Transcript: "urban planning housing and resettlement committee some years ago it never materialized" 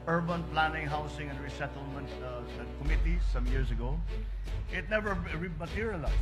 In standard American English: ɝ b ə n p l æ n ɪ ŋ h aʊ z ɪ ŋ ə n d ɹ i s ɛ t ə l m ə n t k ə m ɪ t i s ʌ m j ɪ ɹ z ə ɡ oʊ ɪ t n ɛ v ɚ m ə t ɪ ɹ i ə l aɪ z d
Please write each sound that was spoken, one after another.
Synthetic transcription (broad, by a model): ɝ b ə n p l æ n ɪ ŋ h aʊ s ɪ ŋ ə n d ɹ i s ɛ t ə l m ə n t k ə m ɪ t i s ʌ m j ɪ ɹ s ə ɡ oʊ ɪ t n ɛ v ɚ m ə t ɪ ɹ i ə l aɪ